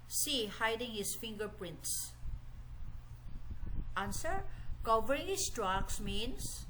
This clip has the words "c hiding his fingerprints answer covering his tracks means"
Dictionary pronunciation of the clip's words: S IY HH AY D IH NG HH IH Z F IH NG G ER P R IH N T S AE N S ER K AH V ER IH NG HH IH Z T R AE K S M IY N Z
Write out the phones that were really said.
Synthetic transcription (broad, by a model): S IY HH AY D IH NG HH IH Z F IH NG G ER P R IH N T S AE N S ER K AH V ER IH NG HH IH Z T R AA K S M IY N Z